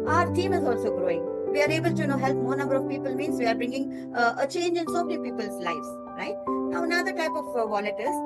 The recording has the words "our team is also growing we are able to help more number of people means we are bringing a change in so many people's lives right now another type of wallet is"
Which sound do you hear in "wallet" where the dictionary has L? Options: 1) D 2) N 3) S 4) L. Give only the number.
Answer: 2